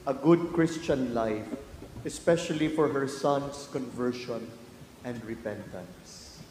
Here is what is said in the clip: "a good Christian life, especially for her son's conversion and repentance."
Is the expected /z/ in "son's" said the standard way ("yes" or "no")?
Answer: no